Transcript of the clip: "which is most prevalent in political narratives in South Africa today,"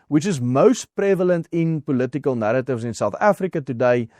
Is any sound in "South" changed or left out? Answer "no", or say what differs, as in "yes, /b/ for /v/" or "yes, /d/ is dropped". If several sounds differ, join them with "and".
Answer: no